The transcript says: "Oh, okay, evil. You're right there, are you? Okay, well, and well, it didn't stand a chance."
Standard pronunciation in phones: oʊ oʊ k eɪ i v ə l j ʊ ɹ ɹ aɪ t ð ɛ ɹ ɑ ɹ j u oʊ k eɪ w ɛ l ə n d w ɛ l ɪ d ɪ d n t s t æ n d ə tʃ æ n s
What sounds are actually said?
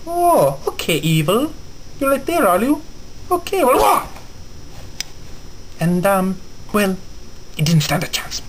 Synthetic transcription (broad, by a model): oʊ oʊ k eɪ i v ə l j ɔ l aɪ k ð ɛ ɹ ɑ l j u oʊ k eɪ w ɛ l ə n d w ɛ l ɪ d ɪ d n t s t æ n d ə tʃ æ n s